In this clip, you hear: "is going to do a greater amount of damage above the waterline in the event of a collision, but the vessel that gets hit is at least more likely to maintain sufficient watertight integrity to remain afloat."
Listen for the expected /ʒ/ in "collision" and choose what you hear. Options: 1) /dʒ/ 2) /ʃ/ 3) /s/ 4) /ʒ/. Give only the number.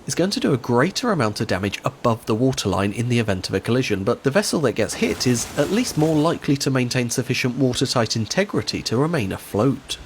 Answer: 4